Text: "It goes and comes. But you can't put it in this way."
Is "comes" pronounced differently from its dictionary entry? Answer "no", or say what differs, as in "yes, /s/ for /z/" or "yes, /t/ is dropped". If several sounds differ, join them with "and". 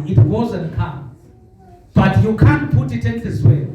yes, /z/ is dropped